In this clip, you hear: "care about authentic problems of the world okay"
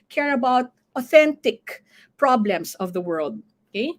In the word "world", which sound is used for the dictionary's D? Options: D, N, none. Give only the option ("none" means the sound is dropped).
D